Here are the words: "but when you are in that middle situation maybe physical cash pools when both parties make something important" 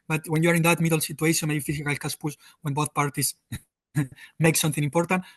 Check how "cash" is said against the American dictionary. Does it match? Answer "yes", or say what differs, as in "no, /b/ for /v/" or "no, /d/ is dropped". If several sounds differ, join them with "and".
no, /s/ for /ʃ/